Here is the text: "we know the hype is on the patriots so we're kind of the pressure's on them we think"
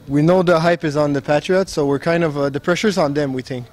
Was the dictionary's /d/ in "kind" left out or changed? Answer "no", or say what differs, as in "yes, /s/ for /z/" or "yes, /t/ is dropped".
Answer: no